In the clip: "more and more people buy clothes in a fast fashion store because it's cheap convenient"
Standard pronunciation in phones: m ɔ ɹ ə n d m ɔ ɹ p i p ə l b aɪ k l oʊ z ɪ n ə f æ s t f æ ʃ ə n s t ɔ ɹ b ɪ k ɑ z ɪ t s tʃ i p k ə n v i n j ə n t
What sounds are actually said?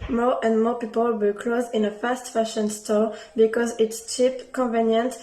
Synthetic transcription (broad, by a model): m ɔ ɹ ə n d m ɔ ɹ p i p ə l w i k l oʊ z ɪ n ə f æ s t f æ ʃ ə n s t ɔ ɹ b ɪ k ɑ z ɪ t s tʃ i p k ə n v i n j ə n t